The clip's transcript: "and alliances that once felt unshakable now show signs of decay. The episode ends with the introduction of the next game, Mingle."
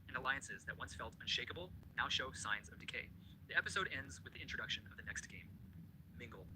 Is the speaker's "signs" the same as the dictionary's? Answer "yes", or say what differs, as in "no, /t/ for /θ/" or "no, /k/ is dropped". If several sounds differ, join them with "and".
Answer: yes